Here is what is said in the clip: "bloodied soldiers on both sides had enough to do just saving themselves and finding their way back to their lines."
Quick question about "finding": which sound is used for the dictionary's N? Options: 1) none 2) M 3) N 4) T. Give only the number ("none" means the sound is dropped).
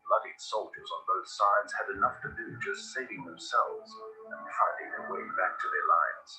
1